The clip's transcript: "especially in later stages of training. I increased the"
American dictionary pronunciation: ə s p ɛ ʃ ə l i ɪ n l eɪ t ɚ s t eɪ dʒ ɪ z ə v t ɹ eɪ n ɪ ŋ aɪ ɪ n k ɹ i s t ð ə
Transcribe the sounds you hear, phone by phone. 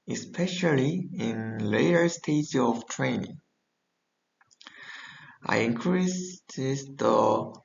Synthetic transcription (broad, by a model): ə s p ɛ ʃ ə l i ɪ n l eɪ t ɚ s t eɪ ɪ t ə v t ɹ eɪ n ɪ ŋ aɪ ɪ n k ɹ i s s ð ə